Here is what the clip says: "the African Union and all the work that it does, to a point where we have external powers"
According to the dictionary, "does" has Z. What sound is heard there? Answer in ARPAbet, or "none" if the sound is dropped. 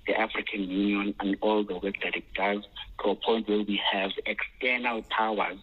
Z